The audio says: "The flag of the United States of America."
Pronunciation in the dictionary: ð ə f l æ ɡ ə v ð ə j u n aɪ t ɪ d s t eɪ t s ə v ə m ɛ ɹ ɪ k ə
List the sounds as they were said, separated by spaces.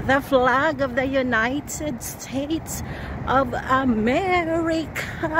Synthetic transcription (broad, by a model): ð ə f l æ ɡ ə v ð ə j u n aɪ t ɪ d s t eɪ t s ə v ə m ɛ ɹ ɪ k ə